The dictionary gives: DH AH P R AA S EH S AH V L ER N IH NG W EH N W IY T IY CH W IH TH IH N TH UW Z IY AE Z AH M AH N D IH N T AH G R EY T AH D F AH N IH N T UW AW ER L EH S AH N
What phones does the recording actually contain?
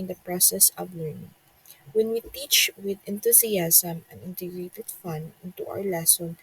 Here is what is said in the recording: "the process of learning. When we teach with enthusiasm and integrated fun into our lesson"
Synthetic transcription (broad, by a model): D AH P R AA S EH S AH V L ER N IH NG W EH N W IY T IY CH W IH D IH N T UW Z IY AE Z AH M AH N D IH N T AH G R EY T AH D F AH N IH N T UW AW ER L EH S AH N